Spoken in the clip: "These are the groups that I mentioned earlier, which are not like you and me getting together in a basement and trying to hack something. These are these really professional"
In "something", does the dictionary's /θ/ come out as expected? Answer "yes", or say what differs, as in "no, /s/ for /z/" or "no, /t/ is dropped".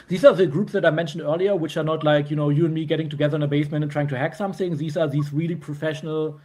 yes